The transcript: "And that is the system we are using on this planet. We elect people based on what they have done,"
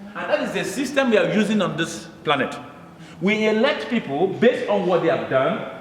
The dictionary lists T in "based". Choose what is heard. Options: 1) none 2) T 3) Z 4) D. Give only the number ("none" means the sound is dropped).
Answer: 2